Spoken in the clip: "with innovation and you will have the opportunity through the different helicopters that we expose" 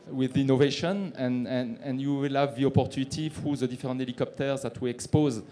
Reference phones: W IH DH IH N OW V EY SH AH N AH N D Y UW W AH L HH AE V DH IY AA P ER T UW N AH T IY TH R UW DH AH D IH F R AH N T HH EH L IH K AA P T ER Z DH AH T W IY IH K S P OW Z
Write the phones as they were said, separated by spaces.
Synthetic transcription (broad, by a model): W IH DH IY N OW V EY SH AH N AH N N Y UW W AH L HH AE V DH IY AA P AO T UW N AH T IY F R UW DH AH D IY F R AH N T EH L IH K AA P T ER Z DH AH T W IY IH K S P OW Z